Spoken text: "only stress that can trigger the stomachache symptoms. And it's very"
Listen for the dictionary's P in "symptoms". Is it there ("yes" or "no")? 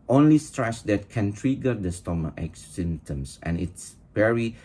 no